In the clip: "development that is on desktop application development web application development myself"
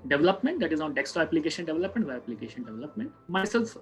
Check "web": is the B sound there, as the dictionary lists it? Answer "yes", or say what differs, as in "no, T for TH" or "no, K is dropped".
no, B is dropped